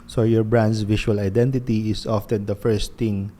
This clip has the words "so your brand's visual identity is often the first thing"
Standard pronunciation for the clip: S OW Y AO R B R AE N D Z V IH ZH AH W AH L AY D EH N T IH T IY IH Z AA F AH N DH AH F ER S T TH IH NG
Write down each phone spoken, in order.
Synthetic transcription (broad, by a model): S OW Y AO R B R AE N D S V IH SH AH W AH L AY D EH N T IH T IY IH S AA F AH N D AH F ER S T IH NG